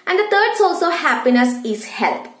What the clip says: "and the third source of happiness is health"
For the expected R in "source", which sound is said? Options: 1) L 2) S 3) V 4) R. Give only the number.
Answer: 1